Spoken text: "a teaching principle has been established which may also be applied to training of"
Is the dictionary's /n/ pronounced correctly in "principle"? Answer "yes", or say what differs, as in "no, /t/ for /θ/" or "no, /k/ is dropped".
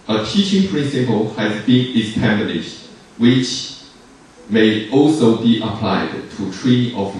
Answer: yes